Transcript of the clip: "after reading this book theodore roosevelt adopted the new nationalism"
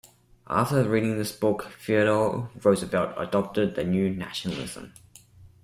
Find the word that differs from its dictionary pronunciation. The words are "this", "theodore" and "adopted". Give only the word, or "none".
theodore